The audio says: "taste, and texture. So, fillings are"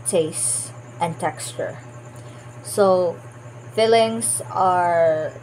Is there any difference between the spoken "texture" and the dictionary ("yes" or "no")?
no